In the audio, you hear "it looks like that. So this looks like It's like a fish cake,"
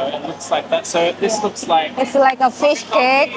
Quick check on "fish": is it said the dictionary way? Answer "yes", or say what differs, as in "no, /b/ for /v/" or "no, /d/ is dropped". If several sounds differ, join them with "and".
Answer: yes